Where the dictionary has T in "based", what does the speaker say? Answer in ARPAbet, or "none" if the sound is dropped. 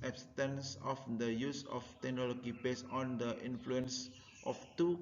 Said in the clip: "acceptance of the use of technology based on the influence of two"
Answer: none